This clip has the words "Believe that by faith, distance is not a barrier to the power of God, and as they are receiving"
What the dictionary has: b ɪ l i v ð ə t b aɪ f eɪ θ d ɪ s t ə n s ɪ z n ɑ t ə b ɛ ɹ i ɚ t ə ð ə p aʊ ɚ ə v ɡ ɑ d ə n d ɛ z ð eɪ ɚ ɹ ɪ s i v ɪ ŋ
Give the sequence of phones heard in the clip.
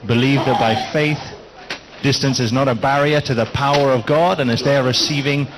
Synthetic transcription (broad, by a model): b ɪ l i v ð ə t b aɪ f eɪ θ d ɪ s t ə n s ɪ z n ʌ t ə b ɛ ɹ i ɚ t ə ð ə p aʊ ɚ ə v ɡ ɑ d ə n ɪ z ð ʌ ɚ ɹ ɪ s i v ɪ ŋ